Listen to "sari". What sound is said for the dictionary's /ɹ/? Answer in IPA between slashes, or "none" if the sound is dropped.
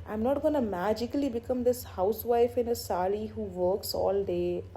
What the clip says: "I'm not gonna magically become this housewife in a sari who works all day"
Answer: /l/